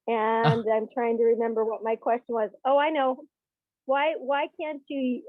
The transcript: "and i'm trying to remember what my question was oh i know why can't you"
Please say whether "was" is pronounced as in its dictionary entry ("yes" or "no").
yes